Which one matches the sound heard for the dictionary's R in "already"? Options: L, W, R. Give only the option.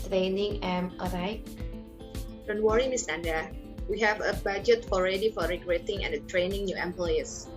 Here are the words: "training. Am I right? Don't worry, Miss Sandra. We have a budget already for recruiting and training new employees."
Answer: R